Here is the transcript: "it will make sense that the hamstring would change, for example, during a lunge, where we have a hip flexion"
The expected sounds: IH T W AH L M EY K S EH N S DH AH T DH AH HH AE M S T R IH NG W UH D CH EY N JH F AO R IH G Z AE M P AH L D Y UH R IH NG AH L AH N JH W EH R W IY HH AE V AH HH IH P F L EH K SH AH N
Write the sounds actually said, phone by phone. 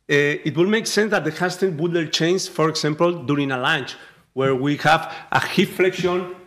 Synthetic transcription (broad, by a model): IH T W AH L M EY K S EH N S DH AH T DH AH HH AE S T IH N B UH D CH EY N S F AO R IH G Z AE M P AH L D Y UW R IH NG AH L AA N CH W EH R W IY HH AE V AH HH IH F F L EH K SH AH N